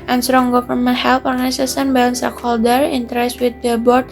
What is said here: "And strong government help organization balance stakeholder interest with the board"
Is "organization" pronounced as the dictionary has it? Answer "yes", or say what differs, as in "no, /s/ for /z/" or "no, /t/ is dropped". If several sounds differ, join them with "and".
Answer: no, /s/ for /z/ and /s/ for /ʃ/